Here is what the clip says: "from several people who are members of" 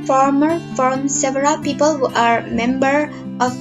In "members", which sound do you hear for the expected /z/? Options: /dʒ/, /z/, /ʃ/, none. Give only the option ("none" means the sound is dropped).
none